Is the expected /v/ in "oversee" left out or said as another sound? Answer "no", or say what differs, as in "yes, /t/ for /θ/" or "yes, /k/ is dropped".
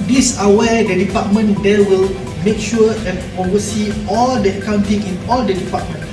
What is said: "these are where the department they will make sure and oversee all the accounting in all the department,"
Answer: yes, /v/ is dropped